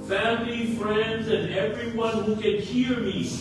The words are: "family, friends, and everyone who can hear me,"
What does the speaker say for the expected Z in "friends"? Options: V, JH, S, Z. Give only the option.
Z